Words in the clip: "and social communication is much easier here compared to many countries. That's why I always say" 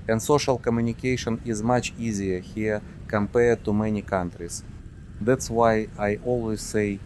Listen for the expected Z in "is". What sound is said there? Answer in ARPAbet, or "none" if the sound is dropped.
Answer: Z